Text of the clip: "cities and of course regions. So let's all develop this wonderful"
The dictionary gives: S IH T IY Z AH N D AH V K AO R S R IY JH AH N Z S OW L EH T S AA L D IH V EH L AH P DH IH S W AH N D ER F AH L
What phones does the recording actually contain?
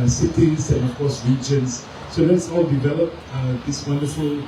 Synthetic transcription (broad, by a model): S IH T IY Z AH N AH F K AO S R IY JH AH N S S OW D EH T S AA W D IH V EH L AH P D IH S W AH N D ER F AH L